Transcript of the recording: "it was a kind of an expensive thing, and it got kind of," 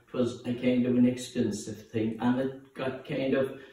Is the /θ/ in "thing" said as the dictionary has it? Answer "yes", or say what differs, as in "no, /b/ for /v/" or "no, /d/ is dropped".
yes